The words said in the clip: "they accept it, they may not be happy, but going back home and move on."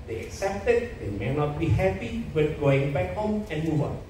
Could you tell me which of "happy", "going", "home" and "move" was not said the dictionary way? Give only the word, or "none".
none